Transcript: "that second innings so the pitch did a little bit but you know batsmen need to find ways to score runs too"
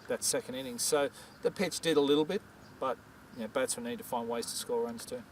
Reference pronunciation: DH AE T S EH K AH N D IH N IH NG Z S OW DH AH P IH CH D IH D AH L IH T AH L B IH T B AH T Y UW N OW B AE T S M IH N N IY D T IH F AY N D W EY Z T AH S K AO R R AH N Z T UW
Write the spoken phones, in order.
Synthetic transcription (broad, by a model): DH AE T S EH K AH N D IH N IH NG S OW DH AH P IH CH D IH D AH L IH T L B IH T B AH T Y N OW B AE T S IH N N IY D T IH F AY N D W EY Z T AH S K AO R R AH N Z T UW